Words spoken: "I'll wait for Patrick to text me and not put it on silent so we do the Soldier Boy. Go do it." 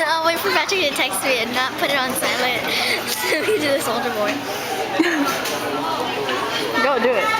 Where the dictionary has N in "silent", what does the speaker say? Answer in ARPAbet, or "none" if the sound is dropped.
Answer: none